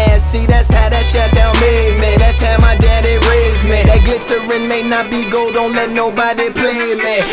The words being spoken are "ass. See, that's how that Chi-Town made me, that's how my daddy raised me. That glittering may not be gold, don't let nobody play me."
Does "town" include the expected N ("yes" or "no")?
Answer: no